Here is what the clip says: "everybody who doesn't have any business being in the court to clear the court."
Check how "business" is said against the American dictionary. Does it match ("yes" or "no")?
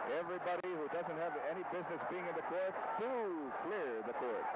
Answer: yes